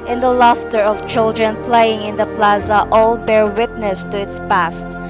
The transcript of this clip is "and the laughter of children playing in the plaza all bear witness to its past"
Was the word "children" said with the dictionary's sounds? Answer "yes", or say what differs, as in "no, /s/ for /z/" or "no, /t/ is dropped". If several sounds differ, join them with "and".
yes